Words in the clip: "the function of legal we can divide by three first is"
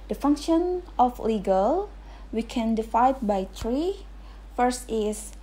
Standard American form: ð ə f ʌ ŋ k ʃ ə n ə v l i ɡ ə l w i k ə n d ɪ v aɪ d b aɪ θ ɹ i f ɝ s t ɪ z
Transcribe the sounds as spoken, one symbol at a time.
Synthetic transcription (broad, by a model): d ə f ʌ ŋ k ʃ ə n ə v l i ɡ ə l w i k ə n d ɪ f aɪ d b aɪ t ɹ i f ɝ s t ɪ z